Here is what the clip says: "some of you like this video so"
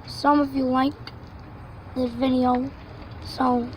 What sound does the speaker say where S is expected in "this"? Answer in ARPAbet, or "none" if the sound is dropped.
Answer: none